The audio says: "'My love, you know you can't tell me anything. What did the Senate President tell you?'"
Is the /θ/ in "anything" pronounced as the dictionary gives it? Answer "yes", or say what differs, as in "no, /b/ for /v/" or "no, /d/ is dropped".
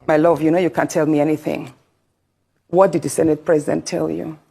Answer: yes